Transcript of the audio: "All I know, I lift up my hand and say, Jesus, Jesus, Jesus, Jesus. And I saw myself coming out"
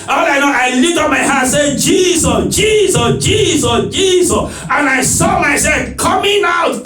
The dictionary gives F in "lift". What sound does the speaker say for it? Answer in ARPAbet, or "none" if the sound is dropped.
none